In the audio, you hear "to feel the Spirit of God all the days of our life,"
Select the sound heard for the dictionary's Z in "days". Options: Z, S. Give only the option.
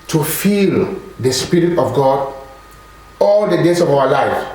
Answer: S